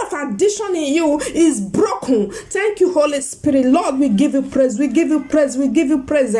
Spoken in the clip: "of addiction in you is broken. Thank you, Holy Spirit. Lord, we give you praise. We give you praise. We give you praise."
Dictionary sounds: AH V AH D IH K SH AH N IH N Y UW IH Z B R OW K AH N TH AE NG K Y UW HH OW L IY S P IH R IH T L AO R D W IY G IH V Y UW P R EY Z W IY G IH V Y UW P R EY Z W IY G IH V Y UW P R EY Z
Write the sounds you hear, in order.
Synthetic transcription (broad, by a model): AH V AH D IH SH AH N IH N Y UW IH Z B R OW K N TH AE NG K Y UW HH OW L IY S P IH R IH T L AO D W IY G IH V Y UW P R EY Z W IY G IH V Y UW P R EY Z W IY G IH V Y UW P R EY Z